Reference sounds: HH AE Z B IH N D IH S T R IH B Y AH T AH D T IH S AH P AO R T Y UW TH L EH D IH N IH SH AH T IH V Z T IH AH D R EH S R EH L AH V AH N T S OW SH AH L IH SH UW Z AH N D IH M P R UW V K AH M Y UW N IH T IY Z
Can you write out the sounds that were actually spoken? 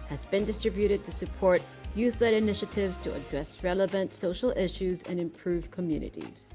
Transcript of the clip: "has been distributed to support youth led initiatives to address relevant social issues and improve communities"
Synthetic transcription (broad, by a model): HH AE Z B IH N D IH S T R IH B Y AH T AH D T IH S AH P AO R T Y UW TH L EH D IH N IH SH AH T IH V Z T IH AH D R EH S R EH L AH V AH N T S OW SH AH L IH SH UW Z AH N IH M P R UW V K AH M Y UW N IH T IY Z